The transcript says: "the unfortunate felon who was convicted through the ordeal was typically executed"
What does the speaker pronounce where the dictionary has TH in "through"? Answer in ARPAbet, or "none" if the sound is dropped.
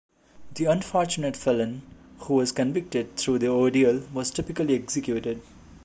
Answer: T